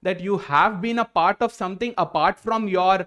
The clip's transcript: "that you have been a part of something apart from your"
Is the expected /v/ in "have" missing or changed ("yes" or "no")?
no